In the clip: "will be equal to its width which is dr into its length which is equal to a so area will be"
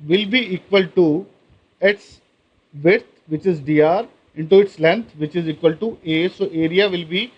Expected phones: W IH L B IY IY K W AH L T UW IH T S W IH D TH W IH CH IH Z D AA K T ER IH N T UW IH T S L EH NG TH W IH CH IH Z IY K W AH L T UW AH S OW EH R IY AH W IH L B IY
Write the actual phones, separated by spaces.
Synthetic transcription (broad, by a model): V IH L B IY IY K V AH L T UW IH T S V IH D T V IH CH IH Z D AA T IH N T UW IH T S L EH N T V IH CH IH Z IY K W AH L T UW AH S OW EH R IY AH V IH L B IY